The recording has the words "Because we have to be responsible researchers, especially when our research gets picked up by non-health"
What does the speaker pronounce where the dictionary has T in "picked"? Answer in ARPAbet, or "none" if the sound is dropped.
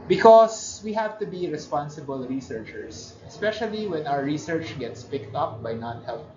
T